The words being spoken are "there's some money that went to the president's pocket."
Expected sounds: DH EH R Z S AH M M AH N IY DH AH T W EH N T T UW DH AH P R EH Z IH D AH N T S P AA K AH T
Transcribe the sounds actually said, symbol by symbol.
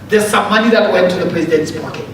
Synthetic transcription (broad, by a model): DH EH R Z S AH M M AH N IY DH AH T W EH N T T UW DH AH P R EH Z IH D AH N T S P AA K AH T